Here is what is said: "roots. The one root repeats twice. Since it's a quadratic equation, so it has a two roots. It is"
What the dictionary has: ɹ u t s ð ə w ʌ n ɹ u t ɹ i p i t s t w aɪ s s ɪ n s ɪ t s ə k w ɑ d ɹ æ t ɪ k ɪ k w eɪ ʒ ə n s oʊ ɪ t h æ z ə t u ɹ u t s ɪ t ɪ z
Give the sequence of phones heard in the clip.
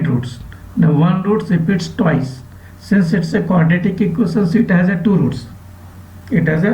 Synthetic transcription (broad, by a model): ɹ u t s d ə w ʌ n ɹ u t ɹ i p i t s t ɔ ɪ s s ɪ n s ɪ t s ə k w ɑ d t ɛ t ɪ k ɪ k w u s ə n s ɪ t h æ z ə t u ɹ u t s ɪ t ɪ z